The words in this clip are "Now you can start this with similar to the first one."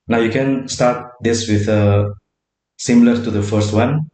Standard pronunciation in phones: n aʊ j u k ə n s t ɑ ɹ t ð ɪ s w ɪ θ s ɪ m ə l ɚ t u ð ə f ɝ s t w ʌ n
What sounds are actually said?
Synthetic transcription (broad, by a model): n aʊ j u k ə n s t ɑ ɹ t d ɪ s w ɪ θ s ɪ m l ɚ t u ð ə f ɝ s t w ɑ n